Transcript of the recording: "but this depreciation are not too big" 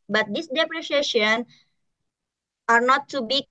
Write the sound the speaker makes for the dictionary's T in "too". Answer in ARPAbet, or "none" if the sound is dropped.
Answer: T